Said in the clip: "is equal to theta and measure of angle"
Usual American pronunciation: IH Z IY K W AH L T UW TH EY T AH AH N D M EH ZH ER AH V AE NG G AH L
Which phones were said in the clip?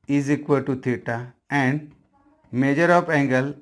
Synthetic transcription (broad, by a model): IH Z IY K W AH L T UW T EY T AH AH N D M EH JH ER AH P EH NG G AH L